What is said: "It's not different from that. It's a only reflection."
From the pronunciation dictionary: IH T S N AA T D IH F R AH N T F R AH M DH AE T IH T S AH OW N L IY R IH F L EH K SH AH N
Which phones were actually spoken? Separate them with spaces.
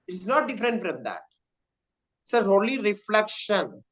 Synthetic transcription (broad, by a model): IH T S N AA T D IH F R AH N T F R AH M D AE T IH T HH OW L IY R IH F L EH K SH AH N